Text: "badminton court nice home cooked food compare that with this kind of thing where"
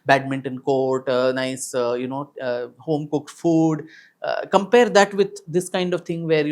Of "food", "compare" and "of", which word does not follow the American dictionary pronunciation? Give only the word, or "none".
none